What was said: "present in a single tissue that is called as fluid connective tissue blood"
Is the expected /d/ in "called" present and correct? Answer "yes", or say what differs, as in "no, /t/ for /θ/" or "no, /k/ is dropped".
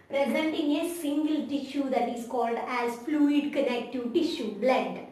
yes